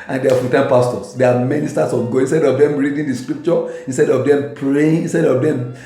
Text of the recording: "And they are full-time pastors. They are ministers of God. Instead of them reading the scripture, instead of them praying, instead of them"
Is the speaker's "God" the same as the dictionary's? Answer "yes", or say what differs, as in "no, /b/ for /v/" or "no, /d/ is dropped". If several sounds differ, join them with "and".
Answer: no, /d/ is dropped